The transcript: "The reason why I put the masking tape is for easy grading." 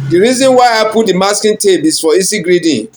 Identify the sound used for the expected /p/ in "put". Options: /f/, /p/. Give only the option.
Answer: /p/